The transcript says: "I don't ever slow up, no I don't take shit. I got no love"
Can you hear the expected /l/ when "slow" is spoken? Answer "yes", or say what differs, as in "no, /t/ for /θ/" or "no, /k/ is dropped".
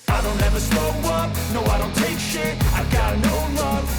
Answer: no, /l/ is dropped